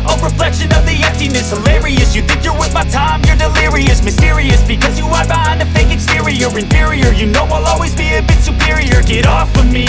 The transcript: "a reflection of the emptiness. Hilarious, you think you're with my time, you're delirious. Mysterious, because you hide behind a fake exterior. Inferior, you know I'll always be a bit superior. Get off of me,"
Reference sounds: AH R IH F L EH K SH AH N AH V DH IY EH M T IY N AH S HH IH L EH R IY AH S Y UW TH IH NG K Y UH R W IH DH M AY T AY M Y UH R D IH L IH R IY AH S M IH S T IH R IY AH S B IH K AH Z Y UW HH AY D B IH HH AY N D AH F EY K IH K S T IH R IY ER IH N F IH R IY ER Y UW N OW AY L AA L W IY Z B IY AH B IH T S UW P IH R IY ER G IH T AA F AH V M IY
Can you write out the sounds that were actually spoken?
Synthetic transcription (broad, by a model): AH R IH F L EH K SH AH N AH V DH IY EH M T IY N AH S HH IH L EH R IY AH S Y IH TH IH NG K Y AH R W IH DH M AY T AY M Y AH R D IH L IH R IY AH S M IH S T IH R IY AH S B IH K AH Z Y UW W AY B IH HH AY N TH AH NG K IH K S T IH R IY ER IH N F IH R IY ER Y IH N OW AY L AA L W IY Z B IY AH B IH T S UW P IH R IY ER G IH T AA F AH M IY